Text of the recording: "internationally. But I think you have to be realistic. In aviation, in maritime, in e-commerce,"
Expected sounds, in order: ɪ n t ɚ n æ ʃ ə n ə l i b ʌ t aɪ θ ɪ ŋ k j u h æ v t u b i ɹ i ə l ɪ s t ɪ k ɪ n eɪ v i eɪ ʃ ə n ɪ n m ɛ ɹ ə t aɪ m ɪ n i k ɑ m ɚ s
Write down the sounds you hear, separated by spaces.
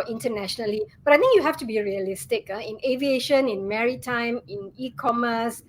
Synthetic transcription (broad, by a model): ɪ n t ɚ n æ ʃ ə n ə l i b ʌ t aɪ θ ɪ ŋ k j u h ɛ f t u b i ɹ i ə l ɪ s t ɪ k ɪ n eɪ v i eɪ ʃ ə n ɪ n m ɛ ɹ ə t aɪ m ɪ n i k ɑ m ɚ s